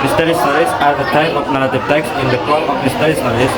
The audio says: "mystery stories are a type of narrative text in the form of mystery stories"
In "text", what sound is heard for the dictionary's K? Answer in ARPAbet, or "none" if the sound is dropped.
K